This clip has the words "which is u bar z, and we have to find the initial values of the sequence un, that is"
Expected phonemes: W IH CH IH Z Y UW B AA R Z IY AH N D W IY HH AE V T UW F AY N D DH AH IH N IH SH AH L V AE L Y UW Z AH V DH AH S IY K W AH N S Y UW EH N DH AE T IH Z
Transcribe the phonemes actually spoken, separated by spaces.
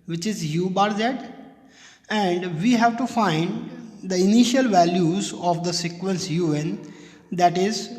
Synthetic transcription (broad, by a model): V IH CH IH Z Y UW B AA R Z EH AH N D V IY HH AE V T UW F AY N D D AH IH N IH SH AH L V AE L Y UW Z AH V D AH S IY K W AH N S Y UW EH N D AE T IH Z